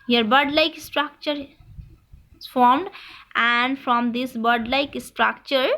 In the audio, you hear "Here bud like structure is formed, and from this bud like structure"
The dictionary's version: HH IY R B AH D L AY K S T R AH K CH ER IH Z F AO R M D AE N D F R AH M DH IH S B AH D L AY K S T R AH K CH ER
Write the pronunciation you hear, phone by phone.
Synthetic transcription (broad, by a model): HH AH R B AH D L AY K S T R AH K CH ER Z F AO R M D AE N D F R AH M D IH S B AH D L AY K S T R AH K CH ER